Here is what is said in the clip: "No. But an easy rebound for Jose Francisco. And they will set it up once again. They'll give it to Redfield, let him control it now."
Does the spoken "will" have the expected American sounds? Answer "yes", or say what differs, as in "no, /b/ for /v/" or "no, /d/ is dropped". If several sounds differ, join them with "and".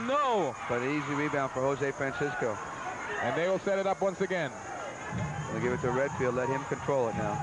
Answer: yes